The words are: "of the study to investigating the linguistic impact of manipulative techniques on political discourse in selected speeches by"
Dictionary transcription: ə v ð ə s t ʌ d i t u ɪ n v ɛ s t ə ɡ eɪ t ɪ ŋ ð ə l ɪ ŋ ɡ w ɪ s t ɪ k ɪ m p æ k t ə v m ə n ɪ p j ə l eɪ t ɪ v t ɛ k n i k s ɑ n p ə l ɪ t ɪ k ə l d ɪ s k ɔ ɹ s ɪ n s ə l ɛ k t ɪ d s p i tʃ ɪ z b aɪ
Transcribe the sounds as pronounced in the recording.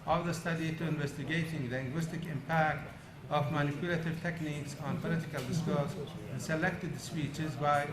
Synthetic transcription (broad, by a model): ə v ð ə s t ʌ d i t u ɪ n v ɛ s t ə ɡ eɪ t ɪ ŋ l ɪ ŋ ɡ w ɪ s t ɪ k ɪ m p æ k t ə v m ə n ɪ p j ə l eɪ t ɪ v t ɛ k n i k s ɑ n p ə l ɪ t ɪ k ə l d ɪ s k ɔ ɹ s ɪ n s ə l ɛ k t ɪ d s p i tʃ ɪ z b aɪ